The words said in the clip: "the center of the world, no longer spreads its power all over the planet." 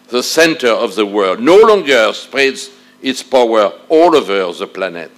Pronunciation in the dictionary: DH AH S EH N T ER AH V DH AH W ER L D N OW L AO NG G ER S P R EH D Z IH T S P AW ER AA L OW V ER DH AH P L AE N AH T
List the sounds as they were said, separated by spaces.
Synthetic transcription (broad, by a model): DH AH S EH N T ER AH V DH AH W ER L D N OW L AO NG G ER S P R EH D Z IH T S P AW ER AA L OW V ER DH AH P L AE N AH T